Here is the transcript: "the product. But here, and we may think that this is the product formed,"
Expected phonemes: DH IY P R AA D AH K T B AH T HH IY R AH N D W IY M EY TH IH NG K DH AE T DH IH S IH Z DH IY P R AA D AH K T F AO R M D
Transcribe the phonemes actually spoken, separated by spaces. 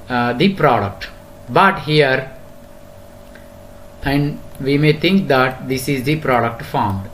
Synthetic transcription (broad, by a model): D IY P R AA D AH K T B AH T HH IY R AH N D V IY M EY T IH NG K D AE T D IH S IH Z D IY P R AA D AH K T F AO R M D